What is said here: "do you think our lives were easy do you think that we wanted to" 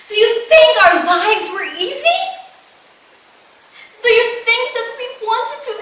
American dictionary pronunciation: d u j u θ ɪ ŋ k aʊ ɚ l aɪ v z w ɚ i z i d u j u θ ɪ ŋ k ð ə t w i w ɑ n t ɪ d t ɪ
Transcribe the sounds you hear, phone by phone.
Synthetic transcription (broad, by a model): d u j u θ ɪ ŋ k aʊ ɚ l aɪ v z w ɚ i z i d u j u θ ɪ ŋ k ð ə t w i w ɑ n t ɪ d t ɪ